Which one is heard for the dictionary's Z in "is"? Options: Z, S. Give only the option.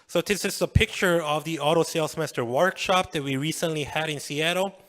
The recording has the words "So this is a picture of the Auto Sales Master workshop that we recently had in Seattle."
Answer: S